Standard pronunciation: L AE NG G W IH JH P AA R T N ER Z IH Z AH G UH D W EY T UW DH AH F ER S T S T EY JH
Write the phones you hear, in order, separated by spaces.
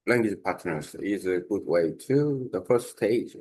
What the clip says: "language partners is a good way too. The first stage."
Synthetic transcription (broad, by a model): L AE NG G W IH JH P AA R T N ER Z IH Z AH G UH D W EY T UW DH AH F ER S T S T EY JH